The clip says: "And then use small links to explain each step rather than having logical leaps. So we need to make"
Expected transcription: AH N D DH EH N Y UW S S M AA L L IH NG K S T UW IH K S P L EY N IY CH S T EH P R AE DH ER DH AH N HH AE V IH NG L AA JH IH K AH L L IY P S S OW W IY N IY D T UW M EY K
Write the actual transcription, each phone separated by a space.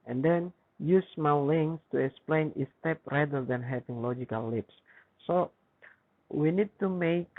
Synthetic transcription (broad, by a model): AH N D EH N Y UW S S M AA W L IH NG S T UW IH K S P L EY N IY S T EH P R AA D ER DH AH N HH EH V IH NG L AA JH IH K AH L L IY P S S OW W IY N IY D T UW M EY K